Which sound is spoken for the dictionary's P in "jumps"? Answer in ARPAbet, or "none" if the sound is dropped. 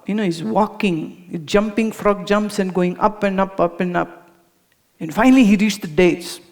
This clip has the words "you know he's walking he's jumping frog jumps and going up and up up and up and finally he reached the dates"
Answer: P